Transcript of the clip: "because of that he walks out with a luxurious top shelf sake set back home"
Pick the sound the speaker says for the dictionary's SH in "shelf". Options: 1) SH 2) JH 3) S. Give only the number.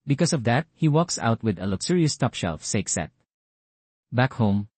1